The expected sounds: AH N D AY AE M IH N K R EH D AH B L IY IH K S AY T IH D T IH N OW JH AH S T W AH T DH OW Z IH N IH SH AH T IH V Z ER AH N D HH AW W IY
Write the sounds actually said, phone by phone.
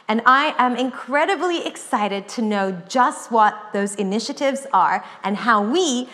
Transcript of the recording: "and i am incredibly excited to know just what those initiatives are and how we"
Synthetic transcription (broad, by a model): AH N AY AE M IH N K R EH D AH B L IY IH K S AY T IH D T IH N OW JH AH S T W AH T DH OW Z IH N IH SH AH T IH V Z ER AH N HH AW W IY